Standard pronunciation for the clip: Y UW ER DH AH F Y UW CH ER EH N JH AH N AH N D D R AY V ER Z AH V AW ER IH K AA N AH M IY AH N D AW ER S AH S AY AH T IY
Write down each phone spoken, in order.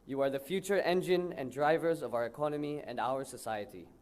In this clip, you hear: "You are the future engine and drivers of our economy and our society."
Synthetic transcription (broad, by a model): Y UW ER DH AH F Y UW CH ER EH N JH AH N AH N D D R AY V ER Z AH V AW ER IH K AA N AH M IY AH N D AW ER S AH S AY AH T IY